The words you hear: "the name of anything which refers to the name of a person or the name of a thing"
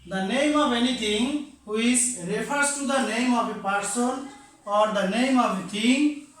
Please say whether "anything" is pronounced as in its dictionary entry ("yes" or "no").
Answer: no